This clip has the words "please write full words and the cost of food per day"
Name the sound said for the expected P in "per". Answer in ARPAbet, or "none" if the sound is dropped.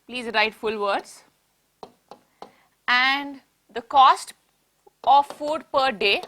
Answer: P